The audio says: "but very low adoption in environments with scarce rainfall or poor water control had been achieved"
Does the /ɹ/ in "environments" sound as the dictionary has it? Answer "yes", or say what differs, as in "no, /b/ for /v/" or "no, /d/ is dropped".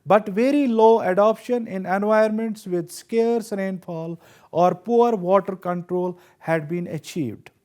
no, /ɹ/ is dropped